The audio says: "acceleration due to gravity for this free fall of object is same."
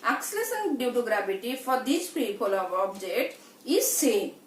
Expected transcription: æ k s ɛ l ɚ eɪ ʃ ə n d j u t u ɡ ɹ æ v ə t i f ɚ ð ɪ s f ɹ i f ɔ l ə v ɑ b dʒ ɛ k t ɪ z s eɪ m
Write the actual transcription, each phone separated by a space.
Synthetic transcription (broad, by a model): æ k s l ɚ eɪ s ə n d j u t u ɡ ɹ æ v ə t i f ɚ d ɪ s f ɹ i p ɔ l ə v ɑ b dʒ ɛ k t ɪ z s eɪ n